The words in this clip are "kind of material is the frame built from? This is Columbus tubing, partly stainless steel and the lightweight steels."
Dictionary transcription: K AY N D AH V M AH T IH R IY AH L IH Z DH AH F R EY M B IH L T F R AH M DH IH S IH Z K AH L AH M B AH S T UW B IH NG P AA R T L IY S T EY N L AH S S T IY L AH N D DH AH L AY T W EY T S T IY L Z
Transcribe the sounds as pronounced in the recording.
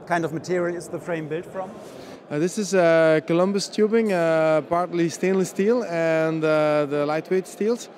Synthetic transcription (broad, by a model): K AY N D AH V M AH T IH R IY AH L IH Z DH AH F R EY M B IH L T F R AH M DH IH S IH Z K AH L AH M B AH S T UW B IH NG P AA R T L IY S T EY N L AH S S T IY L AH N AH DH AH L AY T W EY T S T IY L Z